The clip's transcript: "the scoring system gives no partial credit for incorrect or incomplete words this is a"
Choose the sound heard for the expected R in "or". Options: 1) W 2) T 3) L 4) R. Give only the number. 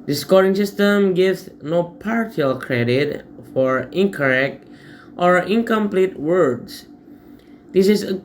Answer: 4